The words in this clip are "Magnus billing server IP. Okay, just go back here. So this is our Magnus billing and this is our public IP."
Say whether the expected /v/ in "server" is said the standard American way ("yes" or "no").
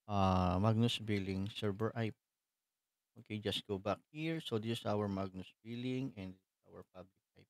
no